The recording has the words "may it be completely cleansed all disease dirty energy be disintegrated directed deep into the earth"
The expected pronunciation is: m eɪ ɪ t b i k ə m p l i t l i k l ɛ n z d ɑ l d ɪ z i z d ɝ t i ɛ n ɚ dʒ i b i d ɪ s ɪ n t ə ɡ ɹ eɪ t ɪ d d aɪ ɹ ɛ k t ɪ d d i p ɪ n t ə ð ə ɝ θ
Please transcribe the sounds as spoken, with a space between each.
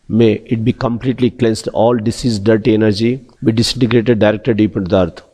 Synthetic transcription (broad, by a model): m eɪ ɪ t b i k ə m p l i t l i k l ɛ n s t ɑ l d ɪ s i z d ɝ t i ɛ n ɚ dʒ i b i d ɪ s ɪ n t ə ɡ ɹ eɪ t ɪ d d aɪ ɹ ɛ k t ɪ d d i p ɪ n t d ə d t